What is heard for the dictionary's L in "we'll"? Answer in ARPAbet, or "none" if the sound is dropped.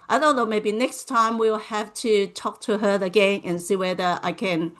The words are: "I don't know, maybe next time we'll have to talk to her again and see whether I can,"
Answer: L